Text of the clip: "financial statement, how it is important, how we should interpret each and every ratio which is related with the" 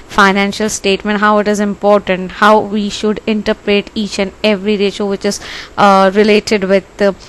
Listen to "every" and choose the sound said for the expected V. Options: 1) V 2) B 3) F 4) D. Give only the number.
1